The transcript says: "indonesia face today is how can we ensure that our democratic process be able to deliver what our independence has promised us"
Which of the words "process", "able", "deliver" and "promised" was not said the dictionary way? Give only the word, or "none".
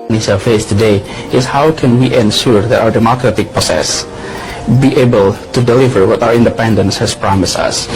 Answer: process